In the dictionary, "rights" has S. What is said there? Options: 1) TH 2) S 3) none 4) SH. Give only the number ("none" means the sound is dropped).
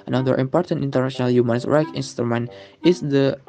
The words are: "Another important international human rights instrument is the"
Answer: 3